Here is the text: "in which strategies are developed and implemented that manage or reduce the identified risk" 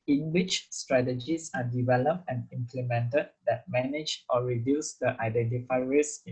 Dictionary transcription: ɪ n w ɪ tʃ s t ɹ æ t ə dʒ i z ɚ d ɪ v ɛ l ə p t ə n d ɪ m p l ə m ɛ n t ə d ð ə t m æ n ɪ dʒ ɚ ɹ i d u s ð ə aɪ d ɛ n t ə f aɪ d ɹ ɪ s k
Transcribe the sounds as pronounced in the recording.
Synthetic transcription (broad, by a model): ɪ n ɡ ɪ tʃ s t ɹ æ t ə dʒ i s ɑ d ɪ v ɛ l ə p t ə n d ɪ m p l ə m ɛ n t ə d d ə t m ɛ n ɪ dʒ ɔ ɹ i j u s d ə aɪ d ɛ n t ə f aɪ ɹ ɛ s